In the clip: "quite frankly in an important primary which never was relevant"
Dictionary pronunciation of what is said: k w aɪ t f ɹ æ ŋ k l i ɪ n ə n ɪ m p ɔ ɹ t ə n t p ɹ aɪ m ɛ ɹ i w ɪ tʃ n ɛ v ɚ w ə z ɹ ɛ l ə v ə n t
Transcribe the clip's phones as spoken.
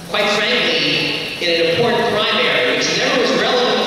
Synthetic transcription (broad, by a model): k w aɪ t f ɹ æ ŋ k l i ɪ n ə n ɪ m p ɔ ɹ t n p ɹ aɪ m ɛ ɹ i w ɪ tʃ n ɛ b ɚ w ə z ɹ ɛ l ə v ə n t